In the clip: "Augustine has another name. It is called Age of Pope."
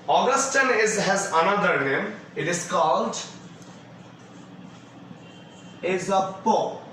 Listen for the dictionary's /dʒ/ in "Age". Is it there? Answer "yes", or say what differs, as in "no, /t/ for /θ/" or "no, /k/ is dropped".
no, /z/ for /dʒ/